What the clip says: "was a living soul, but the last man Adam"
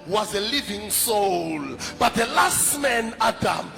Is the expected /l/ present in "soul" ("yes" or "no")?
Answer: yes